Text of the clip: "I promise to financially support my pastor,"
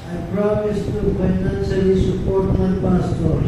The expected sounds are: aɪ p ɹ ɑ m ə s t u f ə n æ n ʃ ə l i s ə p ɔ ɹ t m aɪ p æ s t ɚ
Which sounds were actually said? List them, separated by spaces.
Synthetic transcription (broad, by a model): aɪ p ɹ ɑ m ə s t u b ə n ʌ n s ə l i s ə p ɔ ɹ t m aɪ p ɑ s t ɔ